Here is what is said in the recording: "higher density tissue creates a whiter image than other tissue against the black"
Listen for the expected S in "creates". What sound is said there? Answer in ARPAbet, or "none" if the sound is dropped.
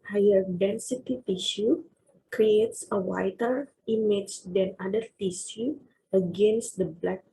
S